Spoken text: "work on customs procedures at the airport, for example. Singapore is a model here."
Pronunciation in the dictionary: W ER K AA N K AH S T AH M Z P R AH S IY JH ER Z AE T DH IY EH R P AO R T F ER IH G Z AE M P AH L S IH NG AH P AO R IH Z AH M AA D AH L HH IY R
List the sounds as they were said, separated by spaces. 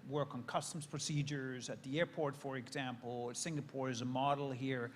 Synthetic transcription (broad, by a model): W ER K N K AH S T AH M Z P R AH S IY JH ER Z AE T DH IY EH R P AO R T F ER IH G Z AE M P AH L S IH NG AH P AO R IH Z AH M AA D L HH IY R